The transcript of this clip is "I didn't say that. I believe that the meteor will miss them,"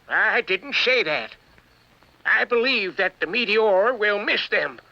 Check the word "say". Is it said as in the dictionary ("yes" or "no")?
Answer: no